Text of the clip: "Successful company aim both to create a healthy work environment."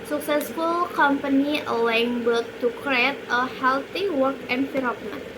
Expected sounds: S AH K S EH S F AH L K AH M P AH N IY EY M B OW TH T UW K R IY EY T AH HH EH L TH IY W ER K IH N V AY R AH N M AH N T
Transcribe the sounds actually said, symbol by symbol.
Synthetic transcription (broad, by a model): S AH K S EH S F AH L K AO M P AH N IY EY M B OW T T UW K R IY EY T AH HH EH L T IY W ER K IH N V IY R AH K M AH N